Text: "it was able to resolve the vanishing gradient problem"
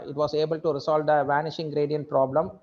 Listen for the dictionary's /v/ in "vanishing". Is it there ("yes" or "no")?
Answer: yes